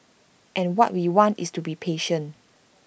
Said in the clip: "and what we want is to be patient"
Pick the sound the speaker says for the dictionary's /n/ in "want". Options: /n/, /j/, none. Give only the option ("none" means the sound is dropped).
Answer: /n/